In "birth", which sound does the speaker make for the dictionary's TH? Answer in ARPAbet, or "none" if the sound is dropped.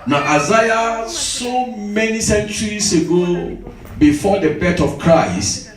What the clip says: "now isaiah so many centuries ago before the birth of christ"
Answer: T